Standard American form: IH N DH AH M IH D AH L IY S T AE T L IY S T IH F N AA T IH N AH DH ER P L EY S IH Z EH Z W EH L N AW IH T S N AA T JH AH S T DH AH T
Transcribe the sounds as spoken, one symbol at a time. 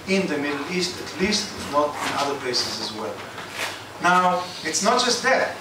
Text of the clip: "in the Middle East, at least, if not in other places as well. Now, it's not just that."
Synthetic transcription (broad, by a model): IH N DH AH M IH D L IY S T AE T L IY S T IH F N AA T IH N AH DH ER P L EY S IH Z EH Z W EH L N AW IH T S N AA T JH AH S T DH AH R